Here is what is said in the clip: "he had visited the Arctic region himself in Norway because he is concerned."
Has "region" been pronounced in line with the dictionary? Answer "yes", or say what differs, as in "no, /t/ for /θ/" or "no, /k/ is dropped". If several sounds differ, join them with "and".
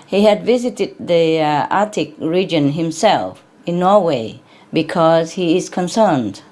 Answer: yes